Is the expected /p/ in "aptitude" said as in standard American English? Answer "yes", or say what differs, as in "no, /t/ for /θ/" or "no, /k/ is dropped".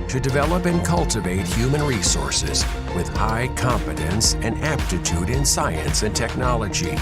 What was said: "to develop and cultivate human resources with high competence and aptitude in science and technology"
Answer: yes